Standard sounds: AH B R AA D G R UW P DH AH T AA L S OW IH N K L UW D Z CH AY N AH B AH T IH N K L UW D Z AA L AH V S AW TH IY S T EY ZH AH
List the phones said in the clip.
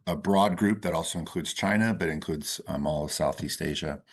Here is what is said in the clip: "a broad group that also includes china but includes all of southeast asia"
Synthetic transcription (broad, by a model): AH B R AA D G R UW P DH AH T AA L S OW IH N K L UW D Z CH AY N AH B AH T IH N K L UW D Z AA L AH V S AW TH IY S T EY ZH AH